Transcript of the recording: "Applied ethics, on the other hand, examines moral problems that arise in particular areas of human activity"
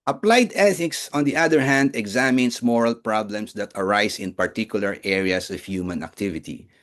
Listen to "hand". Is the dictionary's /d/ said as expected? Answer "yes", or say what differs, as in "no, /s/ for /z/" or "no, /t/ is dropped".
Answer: yes